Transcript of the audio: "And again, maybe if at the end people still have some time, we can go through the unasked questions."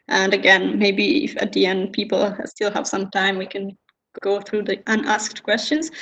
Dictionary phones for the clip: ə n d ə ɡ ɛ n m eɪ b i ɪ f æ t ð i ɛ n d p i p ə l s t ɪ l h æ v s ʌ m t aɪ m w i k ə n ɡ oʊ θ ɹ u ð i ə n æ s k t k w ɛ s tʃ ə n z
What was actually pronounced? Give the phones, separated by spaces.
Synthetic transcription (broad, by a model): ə n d ə ɡ ɛ n m eɪ b i ɪ f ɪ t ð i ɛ n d p i p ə l s t ɪ l h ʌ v s ʌ m t aɪ m w i k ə n ɡ oʊ θ ɹ u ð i ə n æ s k t k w ɛ s tʃ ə n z